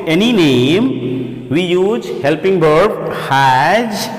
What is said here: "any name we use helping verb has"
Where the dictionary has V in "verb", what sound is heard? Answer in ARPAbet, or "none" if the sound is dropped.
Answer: B